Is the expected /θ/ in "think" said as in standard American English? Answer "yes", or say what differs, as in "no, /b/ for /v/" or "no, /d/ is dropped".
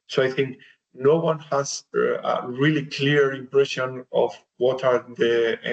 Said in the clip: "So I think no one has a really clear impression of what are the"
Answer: yes